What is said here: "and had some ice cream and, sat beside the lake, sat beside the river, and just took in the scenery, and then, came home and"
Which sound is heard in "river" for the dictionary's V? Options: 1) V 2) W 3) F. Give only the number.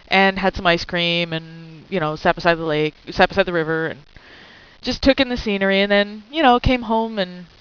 1